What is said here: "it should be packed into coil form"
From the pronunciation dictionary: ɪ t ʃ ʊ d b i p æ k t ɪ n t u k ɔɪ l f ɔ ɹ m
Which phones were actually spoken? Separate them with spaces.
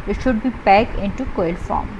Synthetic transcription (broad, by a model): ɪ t ʃ ʊ d b i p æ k ɪ n t u k ɔɪ l f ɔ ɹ m